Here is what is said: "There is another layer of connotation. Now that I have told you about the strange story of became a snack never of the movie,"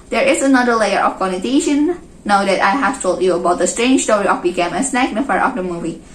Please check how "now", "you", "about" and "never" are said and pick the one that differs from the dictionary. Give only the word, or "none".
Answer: never